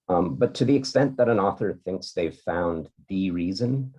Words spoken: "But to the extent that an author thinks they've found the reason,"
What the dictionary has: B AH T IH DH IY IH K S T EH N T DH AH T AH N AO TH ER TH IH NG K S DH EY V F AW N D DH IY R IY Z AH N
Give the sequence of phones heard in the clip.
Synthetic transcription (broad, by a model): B AH T IH DH IY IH K S T EH N DH AH T AH N AO TH ER TH IH NG K S DH EY V F AW N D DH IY R IY Z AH N